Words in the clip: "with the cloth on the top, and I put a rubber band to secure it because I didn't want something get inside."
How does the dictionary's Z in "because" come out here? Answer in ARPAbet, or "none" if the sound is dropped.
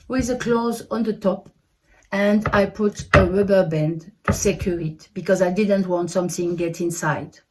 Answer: Z